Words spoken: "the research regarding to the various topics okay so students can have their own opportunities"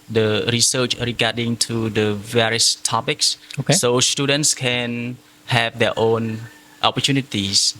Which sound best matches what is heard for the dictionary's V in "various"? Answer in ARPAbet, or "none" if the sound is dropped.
V